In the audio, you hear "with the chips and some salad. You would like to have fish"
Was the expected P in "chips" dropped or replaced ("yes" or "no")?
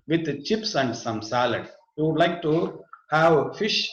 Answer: no